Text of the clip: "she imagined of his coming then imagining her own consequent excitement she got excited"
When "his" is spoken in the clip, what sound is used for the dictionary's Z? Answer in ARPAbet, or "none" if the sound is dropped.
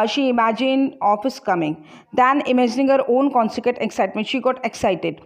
S